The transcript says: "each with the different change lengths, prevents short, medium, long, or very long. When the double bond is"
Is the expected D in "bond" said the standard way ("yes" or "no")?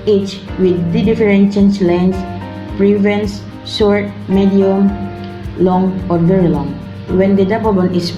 no